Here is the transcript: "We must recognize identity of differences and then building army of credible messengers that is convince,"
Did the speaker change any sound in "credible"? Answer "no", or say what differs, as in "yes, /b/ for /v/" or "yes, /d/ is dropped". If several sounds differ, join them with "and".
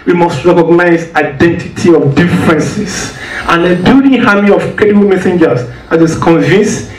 yes, /ɹ/ is dropped